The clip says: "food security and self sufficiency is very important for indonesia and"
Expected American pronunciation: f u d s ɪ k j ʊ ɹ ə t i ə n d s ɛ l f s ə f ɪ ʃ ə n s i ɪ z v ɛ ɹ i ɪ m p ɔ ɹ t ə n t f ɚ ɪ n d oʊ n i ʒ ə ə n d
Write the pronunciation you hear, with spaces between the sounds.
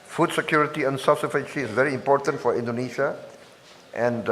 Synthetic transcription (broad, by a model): f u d s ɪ k j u ɹ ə t i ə n s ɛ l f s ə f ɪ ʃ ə s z v ɛ ɹ i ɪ m p ɔ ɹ t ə n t f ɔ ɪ n d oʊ n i ʃ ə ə n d